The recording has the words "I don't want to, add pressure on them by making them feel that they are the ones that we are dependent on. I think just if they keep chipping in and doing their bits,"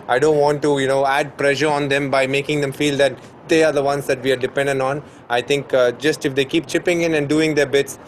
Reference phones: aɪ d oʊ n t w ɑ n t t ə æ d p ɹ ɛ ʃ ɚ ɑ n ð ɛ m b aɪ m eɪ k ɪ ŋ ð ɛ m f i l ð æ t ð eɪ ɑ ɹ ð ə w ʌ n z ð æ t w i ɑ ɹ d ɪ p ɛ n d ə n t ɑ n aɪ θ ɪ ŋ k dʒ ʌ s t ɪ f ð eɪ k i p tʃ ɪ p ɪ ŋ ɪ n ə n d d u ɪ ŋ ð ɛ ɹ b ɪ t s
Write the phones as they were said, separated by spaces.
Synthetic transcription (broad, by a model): aɪ d oʊ n t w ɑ n t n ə æ d p ɹ ɛ ʃ ɚ ɑ n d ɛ m b aɪ m eɪ k ɪ ŋ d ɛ m f i l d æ t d eɪ ɑ ɹ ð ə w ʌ n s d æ t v i ɑ ɹ d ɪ p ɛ n d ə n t ɑ n aɪ t ɪ ŋ k dʒ ʌ s t ɪ f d eɪ k i p tʃ ɪ p ɪ ŋ ɪ n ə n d d u ɪ ŋ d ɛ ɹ b ɪ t s